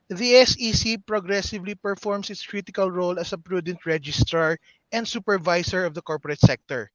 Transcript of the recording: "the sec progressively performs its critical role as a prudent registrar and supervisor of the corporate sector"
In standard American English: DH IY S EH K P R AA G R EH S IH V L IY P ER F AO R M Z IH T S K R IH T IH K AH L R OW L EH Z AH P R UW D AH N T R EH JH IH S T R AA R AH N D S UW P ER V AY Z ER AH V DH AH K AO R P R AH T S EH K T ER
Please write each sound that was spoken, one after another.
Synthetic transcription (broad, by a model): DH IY S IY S P R AA G R EH S IH V L IY P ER F AO R M S IH T S K R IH T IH K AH L R OW L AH S AH P R UW D AH N T R EH JH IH S T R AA R AH N D S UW P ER V AY S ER AH V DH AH K AO R P R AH T S EH K T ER